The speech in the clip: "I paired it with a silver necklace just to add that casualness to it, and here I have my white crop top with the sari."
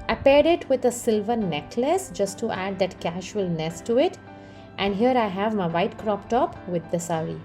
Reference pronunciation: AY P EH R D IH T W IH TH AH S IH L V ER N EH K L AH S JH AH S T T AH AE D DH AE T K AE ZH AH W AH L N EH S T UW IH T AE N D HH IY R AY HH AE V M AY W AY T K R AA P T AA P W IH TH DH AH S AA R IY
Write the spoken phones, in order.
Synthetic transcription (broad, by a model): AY P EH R D IH T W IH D AH S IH L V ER N EH K L AH S JH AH S T T AE D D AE T K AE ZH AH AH L N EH S T UW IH T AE N D HH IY R AY HH AE V M AY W AY T K R AA P T AA P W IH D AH S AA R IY